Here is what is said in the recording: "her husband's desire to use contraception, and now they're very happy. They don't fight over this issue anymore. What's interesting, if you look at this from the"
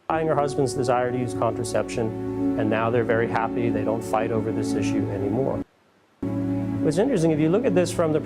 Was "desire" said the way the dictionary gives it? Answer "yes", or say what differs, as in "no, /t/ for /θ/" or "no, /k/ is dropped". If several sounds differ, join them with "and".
yes